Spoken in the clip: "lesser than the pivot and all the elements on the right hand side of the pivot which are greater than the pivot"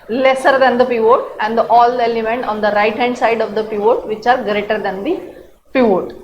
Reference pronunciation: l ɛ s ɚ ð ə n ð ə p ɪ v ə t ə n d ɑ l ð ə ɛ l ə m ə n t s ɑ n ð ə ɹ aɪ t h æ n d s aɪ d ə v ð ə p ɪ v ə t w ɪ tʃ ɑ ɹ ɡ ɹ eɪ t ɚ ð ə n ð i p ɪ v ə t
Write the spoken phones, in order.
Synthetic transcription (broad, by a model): l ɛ s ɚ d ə n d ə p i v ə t ə n d ɑ l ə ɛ l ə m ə n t ɑ n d ə ɹ aɪ t h æ n d s aɪ d ə v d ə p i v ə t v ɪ tʃ ɑ ɹ ɡ ɹ eɪ t ɚ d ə n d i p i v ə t